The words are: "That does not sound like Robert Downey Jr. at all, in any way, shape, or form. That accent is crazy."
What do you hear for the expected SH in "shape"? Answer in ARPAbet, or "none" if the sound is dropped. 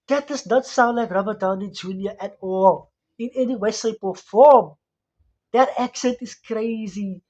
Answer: S